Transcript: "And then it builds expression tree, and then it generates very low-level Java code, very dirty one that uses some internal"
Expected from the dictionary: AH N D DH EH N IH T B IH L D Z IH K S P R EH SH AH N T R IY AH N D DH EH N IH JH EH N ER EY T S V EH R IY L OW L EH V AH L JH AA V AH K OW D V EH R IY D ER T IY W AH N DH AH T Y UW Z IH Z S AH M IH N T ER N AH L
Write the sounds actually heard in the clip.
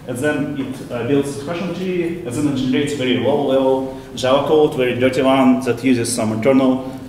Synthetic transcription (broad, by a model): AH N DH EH N IH T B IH L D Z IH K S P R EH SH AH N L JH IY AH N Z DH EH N IH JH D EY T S V EH R IY W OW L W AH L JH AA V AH K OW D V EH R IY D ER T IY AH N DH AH T Y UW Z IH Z S AH M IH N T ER N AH L